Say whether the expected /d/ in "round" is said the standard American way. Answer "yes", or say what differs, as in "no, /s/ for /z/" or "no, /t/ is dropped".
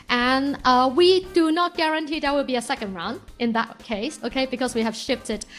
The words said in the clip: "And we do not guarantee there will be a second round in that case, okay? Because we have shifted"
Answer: no, /d/ is dropped